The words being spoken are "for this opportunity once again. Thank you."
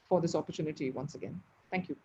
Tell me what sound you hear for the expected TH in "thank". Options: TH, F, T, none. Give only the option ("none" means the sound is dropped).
T